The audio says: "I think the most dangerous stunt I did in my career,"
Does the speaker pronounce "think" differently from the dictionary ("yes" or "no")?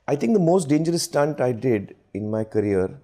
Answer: yes